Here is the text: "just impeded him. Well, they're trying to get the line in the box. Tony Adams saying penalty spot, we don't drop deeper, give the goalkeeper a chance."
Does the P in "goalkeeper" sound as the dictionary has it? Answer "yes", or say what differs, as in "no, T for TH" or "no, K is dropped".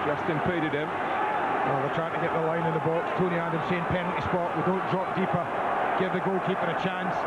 no, F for P